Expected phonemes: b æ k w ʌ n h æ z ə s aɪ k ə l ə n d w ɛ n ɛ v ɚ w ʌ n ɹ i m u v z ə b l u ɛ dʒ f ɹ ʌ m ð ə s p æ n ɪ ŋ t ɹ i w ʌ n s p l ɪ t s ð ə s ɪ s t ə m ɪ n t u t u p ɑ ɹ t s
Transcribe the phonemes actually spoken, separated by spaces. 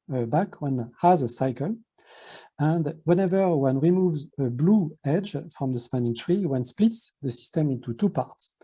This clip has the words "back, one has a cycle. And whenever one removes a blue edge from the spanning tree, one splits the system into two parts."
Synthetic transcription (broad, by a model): b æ k w ʌ n h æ z ə s aɪ k ə l ə n d w ɛ n ɛ v ɚ w ʌ n ɹ i m u v z ə b l u ɛ dʒ f ɹ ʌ m ð ə s p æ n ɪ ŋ t ɹ i w ʌ n s p l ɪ t s ð ə s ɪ s t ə m ɪ n t u t u p ɑ ɹ t s